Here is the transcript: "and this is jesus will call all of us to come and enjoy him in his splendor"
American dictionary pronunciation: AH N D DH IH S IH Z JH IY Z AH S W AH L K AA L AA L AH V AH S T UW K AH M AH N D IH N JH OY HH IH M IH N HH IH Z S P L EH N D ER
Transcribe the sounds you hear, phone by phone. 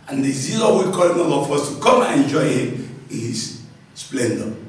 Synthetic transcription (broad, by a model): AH N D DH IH IH Z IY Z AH W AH K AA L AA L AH F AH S T UW K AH M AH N IH N JH OY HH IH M IH N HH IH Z S P L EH N D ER